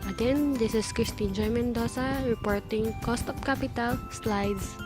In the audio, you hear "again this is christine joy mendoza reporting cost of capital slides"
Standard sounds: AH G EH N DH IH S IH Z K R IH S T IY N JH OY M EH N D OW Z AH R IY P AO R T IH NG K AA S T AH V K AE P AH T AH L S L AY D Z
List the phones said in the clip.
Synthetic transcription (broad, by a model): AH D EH N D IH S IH S K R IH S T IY N JH OY M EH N D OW S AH R IY P AO R T IH NG K AA S T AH P K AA P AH T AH L S L AY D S